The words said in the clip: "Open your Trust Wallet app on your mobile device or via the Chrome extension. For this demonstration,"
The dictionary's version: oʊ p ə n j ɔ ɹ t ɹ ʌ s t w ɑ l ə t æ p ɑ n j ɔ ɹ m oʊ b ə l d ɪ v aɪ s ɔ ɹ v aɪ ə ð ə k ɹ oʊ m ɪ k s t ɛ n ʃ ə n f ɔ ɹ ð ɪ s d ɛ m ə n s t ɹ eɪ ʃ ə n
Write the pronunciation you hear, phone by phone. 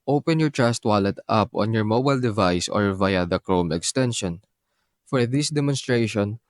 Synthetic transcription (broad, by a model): oʊ p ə n j ɔ ɹ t ɹ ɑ s t w ɑ l ə t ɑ p ɑ n j ɔ ɹ m oʊ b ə l d ɪ v aɪ s ɔ ɹ v aɪ ə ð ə k ɹ oʊ m ɪ k s t ɛ n ʃ ə n f ɔ ɹ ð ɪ s d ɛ m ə n s t ɹ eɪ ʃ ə n